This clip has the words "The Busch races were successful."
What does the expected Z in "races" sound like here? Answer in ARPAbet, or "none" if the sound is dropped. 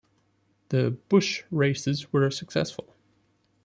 Z